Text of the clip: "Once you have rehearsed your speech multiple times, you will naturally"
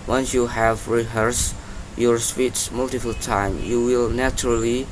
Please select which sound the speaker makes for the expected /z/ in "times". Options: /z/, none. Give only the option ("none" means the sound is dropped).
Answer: none